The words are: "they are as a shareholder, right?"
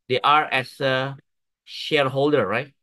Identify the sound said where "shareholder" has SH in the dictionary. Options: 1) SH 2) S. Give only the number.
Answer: 1